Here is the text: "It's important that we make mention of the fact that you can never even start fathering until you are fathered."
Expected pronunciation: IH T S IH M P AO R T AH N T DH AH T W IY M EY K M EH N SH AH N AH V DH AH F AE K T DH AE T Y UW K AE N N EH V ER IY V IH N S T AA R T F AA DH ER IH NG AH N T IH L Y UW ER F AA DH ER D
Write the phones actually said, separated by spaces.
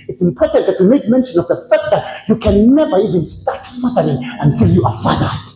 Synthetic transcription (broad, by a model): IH T S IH M P AO R T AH N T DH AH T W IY M EY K M EH N SH AH N AH V DH AH F AE K T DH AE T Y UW K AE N N EH V ER IY V IH N S T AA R T F AA DH ER IH NG AH N T IH L Y UW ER F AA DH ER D